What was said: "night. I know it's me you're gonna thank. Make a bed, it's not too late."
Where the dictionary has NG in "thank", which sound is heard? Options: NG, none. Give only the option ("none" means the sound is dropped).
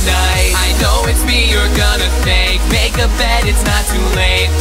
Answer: none